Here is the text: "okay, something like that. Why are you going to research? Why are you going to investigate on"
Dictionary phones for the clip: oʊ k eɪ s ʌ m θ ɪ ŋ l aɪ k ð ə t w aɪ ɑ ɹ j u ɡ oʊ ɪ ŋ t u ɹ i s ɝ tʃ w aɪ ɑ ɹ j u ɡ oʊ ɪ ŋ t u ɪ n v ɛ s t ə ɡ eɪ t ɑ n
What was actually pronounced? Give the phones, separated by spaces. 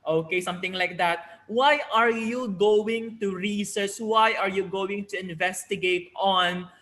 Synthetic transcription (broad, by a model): oʊ k eɪ s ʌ m t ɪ ŋ l aɪ k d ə t w aɪ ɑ ɹ j u ɡ oʊ ɪ ŋ t u ɹ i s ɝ s w aɪ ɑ ɹ j u ɡ oʊ ɪ ŋ t u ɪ n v ɛ s t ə ɡ eɪ t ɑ n